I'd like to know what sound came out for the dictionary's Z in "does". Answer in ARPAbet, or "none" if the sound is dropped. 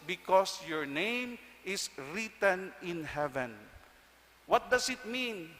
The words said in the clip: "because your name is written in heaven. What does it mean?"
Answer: S